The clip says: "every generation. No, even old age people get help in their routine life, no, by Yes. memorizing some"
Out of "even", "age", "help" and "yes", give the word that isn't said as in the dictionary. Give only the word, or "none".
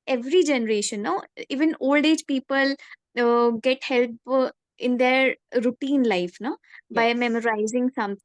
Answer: yes